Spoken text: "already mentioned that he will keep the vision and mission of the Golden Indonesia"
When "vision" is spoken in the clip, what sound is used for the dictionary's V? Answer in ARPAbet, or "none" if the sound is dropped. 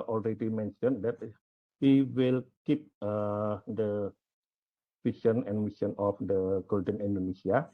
F